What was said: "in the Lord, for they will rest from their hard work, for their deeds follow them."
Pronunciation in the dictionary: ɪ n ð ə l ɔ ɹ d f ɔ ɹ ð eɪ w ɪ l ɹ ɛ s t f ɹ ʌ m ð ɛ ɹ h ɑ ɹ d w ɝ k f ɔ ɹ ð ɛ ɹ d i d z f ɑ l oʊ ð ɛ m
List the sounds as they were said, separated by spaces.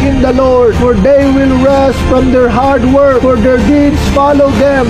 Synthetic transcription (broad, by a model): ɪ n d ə l ɔ ɹ d f ɔ ɹ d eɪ w ɪ l ɹ ɛ s t f ɹ ʌ m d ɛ ɹ h ɑ ɹ d w ɝ k f ɔ ɹ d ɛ ɹ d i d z f ɑ l oʊ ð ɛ m